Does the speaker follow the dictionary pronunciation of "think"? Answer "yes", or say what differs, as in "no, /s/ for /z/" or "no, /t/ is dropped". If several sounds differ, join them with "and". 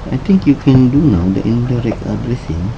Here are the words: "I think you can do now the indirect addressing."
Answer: no, /t/ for /θ/